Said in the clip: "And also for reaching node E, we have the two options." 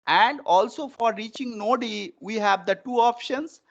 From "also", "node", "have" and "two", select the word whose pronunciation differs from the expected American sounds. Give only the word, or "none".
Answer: none